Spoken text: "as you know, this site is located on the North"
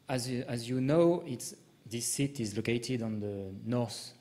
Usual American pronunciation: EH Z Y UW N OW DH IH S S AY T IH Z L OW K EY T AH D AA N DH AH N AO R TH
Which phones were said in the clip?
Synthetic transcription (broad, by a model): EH Z Y UW N OW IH S S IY T IH Z L OW K EY T AH D AA N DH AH N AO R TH